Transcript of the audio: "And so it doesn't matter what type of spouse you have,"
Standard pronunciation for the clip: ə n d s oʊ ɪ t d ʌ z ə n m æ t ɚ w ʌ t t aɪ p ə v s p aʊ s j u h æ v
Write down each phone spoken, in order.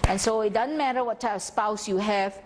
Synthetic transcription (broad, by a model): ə n s oʊ ɪ t d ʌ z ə n m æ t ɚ w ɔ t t aɪ ə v s p aʊ s j u h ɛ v